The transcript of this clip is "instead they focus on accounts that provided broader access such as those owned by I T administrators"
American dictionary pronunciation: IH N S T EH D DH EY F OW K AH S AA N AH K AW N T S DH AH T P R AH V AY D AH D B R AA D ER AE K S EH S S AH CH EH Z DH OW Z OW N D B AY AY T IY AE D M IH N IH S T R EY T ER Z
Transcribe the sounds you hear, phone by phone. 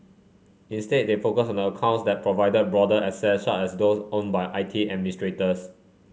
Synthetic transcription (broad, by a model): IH N S T EH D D EY F OW K AH S AA N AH K AW N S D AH T P R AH V AY D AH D B R AA D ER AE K S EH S SH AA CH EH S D OW S OW N B AY AY T IY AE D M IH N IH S T R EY T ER S